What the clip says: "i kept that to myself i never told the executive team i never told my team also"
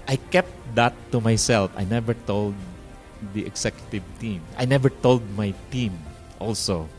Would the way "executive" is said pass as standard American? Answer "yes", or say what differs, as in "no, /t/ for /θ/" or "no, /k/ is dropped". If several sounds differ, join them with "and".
no, /s/ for /z/